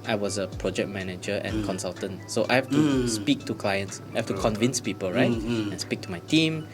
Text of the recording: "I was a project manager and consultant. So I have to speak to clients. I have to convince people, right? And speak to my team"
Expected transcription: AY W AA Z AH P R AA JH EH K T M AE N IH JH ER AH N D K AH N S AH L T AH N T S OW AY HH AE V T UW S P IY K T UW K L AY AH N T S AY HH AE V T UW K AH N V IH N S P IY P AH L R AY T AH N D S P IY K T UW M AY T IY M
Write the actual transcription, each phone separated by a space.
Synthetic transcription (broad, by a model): AY W AA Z AH P R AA JH EH K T M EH N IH JH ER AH N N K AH N S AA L T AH N T S OW AY HH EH F T UW S P IY K T UW K L AY AH N T S AY HH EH F T UW K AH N V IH N S P IY P AH L R AY T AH N S P IY K T UW M AY T IY M